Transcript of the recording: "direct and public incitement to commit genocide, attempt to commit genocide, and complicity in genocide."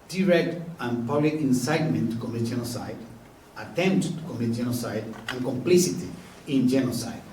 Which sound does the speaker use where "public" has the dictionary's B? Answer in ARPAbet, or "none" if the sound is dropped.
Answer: none